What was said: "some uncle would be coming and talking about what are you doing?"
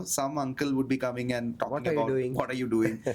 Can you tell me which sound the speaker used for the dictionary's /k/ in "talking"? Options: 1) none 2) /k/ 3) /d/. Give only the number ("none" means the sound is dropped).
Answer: 1